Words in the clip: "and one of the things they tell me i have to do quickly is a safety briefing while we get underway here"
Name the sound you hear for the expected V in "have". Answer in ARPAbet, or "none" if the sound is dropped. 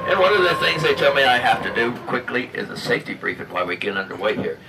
F